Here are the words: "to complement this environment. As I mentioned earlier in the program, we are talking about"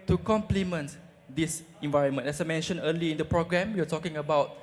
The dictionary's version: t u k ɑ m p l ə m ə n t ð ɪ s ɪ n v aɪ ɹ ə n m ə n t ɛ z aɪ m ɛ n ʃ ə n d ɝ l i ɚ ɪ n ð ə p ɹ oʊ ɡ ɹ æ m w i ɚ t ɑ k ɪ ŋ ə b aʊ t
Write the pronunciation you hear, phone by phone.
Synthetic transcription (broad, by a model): t u k ɑ m p l ə m ə n t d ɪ s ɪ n v aɪ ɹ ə n m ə n ɛ s aɪ m ɛ n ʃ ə n ɝ l i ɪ n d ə p ɹ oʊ ɡ ɹ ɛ m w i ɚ t ɑ k ɪ ŋ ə b aʊ t